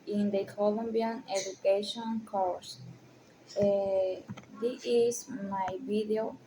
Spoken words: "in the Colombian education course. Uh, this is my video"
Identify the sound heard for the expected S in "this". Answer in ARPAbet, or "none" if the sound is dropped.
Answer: none